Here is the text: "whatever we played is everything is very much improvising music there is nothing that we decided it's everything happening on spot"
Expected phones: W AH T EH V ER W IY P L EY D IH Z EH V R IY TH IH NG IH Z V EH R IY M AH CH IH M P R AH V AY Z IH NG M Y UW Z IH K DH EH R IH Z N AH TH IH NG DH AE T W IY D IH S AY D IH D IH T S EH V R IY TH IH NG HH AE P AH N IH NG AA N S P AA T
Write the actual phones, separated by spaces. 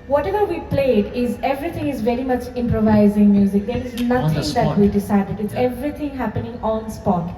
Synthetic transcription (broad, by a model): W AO T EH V ER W IY P L EY D IH Z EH V R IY T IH NG IH Z V EH R IY M AH CH IH M P R AH V AY Z IH NG M Y UW Z IH K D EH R IH Z N AH T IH NG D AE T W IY D IH S AY D IH D IH T S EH V R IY T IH NG HH AE P AH N IH NG AA N S P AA T